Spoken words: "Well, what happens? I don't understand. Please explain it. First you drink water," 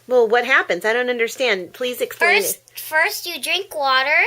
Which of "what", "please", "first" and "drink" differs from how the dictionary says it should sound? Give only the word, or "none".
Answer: none